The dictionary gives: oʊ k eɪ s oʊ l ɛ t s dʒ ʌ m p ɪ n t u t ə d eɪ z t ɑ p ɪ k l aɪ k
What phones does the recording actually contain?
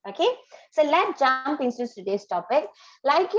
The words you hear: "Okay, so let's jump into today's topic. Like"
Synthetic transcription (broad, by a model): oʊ k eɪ s oʊ l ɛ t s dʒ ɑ m p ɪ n s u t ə d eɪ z t ɑ p ɪ k l aɪ k